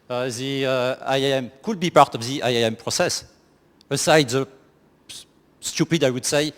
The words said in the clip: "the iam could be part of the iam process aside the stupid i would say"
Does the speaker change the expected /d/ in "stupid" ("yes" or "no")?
no